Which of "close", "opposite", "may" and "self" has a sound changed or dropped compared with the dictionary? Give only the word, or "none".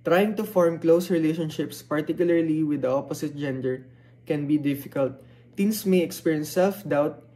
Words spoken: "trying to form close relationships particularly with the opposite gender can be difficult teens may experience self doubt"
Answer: opposite